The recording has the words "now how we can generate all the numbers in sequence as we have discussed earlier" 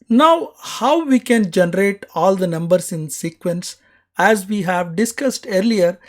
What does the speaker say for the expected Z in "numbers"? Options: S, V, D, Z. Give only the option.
S